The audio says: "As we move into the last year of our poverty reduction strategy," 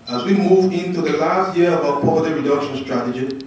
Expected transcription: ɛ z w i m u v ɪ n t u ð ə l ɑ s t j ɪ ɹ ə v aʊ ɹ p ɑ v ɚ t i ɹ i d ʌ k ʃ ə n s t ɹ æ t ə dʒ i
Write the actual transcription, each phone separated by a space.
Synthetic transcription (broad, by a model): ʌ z w i m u v ɪ n t u ð ə l ɑ s t j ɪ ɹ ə b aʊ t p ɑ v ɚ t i ɹ i d ʌ k ʃ ə n s t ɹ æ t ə dʒ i